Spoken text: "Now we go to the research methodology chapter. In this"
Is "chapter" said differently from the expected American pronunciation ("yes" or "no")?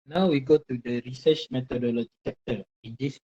yes